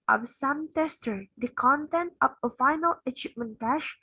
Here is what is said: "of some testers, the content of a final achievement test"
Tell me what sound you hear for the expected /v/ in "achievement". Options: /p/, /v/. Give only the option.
/p/